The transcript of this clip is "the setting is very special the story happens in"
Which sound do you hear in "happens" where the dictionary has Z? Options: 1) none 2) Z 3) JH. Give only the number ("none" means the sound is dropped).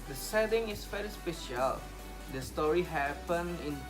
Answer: 1